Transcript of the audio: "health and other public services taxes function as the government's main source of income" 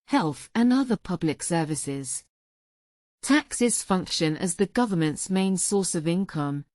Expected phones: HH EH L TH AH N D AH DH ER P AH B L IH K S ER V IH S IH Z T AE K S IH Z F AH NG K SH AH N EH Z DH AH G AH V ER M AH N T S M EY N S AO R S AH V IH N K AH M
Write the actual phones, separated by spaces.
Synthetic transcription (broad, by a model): HH EH L TH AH N AH DH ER P AH B L IH K S ER V IH S IH Z T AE K S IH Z F AH NG K SH AH N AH Z DH AH G AH V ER M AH N T S M EY N S AO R S AH V IH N K AH M